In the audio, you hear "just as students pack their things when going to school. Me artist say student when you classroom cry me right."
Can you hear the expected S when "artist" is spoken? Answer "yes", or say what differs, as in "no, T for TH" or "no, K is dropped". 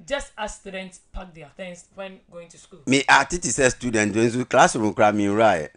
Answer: no, S is dropped